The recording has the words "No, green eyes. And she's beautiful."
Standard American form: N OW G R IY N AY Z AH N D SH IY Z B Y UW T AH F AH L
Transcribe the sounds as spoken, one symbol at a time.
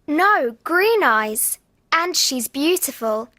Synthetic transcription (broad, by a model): N OW G R IY N AY Z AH N SH IY Z B Y UW T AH F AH L